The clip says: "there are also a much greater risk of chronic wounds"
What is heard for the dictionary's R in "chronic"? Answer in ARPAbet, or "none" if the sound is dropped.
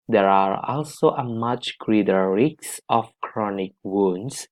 R